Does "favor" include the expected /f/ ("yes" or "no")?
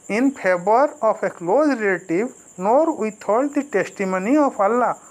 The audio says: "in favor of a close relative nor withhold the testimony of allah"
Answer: no